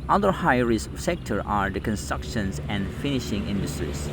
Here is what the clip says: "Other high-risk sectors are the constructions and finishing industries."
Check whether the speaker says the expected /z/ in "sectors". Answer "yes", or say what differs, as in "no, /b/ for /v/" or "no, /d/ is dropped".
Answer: no, /z/ is dropped